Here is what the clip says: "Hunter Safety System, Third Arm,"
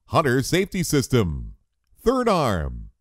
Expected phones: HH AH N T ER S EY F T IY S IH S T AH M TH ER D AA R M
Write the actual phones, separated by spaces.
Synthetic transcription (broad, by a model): HH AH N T ER S EY F T IY S IH S T AH M TH ER D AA R M